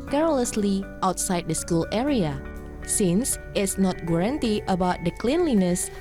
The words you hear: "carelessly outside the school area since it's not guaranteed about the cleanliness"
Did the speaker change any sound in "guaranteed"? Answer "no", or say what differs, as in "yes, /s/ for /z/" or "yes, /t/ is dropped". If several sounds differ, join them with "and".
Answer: yes, /d/ is dropped